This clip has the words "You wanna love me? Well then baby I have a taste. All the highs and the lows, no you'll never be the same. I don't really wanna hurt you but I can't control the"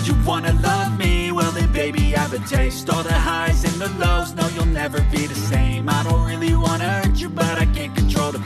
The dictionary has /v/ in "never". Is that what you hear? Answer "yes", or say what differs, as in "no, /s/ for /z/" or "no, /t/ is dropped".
yes